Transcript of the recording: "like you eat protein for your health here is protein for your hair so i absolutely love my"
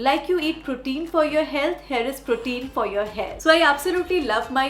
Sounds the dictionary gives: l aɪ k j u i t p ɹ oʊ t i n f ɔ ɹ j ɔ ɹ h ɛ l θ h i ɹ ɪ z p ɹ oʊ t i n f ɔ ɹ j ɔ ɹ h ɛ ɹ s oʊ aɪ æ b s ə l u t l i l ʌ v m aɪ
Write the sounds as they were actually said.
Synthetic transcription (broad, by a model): l aɪ k j u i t p ɹ oʊ t i n f ɔ ɹ j ɔ ɹ h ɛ l t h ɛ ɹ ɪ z p ɹ oʊ t i n f ɔ ɹ j ɔ ɹ h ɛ l s oʊ aɪ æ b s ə l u t l i l ʌ v m aɪ